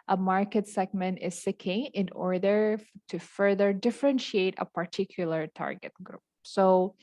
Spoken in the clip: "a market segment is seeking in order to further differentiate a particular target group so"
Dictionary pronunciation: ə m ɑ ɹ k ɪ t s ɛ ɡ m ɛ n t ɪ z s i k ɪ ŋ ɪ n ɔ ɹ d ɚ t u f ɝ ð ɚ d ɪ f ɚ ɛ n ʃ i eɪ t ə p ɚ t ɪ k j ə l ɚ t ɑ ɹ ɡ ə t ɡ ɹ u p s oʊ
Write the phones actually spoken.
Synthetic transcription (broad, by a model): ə m ɑ ɹ k ɪ t s ɛ ɡ m ɛ n t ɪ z s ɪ k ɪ ŋ ɪ n ɔ ɹ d ɚ t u f ɝ ð ɚ d ɪ f ɚ ɛ n ʃ i eɪ t ə p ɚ t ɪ k j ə l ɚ t ɑ ɹ ɡ ə t ɡ ɹ u p s oʊ